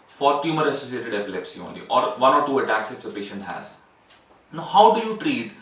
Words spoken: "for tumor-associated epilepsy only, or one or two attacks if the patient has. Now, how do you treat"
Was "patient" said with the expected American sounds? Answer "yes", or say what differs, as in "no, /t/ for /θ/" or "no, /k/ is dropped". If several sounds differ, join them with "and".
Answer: yes